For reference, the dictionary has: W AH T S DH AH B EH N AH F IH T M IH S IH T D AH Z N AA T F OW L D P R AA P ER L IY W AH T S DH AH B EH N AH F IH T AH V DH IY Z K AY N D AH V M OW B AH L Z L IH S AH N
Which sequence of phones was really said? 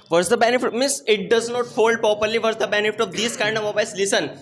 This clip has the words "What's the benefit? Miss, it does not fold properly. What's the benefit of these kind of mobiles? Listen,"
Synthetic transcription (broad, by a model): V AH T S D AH B EH N AH F IH T M IH S IH T D AH Z N AA T F OW L D P R AA P ER L IY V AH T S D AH B EH N AH F IH T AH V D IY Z K AY N D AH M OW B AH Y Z L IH S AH N